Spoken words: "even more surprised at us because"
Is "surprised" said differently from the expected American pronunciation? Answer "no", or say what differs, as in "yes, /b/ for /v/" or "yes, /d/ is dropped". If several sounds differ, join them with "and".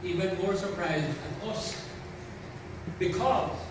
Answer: no